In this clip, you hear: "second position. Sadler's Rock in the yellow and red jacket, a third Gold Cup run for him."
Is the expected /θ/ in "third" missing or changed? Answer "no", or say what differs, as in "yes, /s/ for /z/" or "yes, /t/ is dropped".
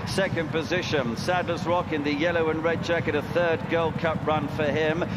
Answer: no